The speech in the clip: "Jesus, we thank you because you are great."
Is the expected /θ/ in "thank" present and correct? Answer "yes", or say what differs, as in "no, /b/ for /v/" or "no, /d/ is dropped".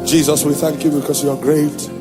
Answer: yes